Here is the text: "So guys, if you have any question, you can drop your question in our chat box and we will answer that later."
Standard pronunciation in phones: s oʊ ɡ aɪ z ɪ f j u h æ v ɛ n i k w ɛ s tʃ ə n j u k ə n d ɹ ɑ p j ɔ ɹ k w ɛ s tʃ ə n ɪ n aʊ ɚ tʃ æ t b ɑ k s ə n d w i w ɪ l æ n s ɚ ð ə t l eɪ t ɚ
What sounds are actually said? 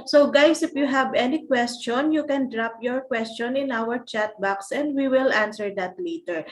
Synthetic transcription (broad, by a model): s oʊ ɡ aɪ s ɪ f j u h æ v ɛ n i k w ɛ s tʃ ə n j u k ə n d ɹ ɑ p j ɔ ɹ k w ɛ s tʃ ə n ɪ n aʊ ɚ tʃ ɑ t b ɑ k s ə n d w i w ɪ l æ n s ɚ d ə t l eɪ t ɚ